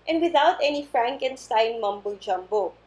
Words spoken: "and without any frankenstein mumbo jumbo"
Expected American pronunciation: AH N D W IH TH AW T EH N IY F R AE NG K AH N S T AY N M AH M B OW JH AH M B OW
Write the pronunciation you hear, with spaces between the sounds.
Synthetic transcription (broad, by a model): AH N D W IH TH AW T EH N IY F R AE NG K AH N S T AY N M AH M B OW JH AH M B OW